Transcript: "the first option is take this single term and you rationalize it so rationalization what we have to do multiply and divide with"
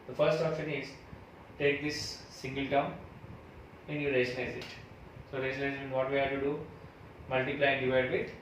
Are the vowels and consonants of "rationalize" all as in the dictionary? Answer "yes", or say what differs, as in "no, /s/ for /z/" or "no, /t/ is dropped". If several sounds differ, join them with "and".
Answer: no, /l/ is dropped